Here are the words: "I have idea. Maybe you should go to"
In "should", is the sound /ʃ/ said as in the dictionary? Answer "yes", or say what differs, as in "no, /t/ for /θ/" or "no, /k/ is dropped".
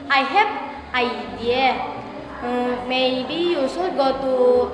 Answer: no, /s/ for /ʃ/